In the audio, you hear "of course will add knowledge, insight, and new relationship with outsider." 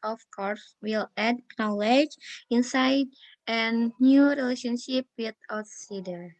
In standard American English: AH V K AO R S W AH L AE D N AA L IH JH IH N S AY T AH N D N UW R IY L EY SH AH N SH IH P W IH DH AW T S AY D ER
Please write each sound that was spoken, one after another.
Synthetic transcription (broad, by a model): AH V K AO R S W AH L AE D N AA L IH JH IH N S AY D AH N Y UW R IY L EY SH AH N SH IH P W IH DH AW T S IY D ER